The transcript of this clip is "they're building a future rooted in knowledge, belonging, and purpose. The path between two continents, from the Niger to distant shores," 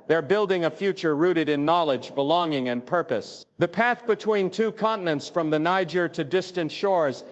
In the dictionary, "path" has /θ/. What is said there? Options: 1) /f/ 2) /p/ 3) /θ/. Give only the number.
3